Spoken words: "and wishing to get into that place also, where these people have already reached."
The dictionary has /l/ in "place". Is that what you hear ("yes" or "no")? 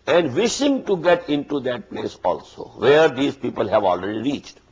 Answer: yes